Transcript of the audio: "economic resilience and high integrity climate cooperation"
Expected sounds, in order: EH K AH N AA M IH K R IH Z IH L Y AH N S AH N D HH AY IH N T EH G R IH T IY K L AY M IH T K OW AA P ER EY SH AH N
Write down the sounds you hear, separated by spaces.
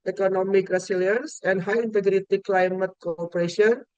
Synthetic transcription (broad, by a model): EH K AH N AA M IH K R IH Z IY L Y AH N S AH N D HH AY IH N T EH G R IH T IY K L AY M IH T K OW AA P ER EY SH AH N